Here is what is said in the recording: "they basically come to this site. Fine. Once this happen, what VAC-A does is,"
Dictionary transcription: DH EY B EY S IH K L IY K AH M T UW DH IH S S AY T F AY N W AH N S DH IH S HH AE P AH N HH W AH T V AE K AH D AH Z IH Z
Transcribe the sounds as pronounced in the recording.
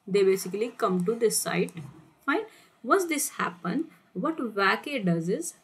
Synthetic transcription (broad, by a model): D EY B EY S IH K L IY K AH M T UW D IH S S AY T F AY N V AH S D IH S HH AE P AH N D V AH T V AE K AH D AH Z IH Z